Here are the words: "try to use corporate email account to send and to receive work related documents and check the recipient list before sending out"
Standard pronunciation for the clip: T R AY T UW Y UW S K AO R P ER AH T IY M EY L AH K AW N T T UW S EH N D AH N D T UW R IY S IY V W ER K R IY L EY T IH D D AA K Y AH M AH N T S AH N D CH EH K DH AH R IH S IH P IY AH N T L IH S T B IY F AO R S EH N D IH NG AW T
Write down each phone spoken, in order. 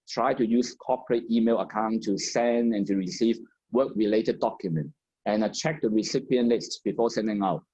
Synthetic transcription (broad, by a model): T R AY T UW Y UW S K AO P ER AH T IY M EY L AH K AW N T T UW S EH N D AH N T UW R IY S IY V W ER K R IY L EY T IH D D AA K Y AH M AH N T AH N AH CH EH K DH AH R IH S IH P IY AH N L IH S T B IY F AO S EH N D IH NG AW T